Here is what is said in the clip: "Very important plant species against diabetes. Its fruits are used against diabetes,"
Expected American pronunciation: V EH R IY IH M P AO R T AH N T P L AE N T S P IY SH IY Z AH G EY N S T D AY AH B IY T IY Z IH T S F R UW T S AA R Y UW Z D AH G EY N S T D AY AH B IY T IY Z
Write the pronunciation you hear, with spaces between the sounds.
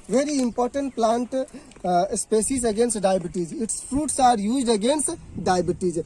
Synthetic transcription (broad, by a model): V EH R IY IH M P AO R T AH N T P L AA N T S P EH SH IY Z AH G EY N S T D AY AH B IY T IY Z IH T S F R UW T S AA R Y UW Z D AH G EY N S T D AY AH B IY T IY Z